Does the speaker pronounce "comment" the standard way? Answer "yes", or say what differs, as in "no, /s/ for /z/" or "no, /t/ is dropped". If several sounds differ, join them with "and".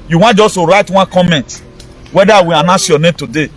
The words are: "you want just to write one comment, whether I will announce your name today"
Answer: yes